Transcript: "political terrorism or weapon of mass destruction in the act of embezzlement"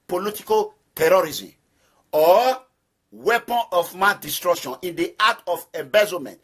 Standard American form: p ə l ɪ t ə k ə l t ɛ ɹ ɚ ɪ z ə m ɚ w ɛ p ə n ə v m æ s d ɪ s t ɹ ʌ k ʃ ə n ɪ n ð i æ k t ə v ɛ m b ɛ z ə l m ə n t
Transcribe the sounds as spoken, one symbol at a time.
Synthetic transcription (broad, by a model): p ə l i t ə k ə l t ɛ ɹ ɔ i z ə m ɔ w ɛ p ə n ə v m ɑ d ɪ s t ɹ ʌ k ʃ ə n ɪ n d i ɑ t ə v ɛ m b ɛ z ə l m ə n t